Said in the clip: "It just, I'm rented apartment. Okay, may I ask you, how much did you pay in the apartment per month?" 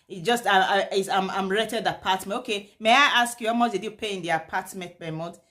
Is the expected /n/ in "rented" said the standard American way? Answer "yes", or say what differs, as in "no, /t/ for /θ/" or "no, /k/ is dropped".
no, /n/ is dropped